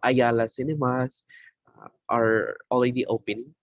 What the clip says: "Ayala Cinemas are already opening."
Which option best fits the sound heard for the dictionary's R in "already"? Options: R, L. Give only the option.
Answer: L